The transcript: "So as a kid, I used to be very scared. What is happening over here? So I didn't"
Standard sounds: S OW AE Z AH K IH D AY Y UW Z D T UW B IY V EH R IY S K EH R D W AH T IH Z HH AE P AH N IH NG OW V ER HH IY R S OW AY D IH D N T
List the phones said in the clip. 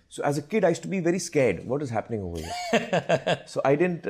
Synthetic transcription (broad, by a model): S OW AE Z AH K IH D AY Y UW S T UW B IY V EH R IY S K EH R D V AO T IH Z HH AE P AH N IH NG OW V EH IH S OW AY D IH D N T